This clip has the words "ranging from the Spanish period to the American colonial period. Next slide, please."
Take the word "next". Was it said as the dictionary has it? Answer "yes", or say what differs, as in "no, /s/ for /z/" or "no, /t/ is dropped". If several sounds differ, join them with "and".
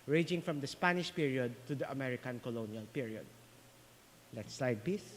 no, /l/ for /n/